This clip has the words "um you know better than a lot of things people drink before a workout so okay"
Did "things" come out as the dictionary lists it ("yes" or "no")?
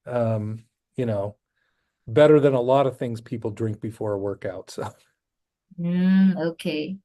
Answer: yes